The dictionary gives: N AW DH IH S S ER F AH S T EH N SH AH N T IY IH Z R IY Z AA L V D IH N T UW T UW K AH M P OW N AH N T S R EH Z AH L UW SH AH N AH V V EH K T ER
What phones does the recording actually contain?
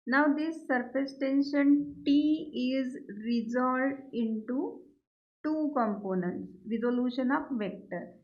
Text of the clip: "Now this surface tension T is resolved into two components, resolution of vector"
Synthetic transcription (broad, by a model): N AW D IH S S ER F AH S T EH N SH AH N T IY IH Z R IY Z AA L D IH N T UW T UW K AH M P OW N AH N T S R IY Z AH L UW SH AH N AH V V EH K T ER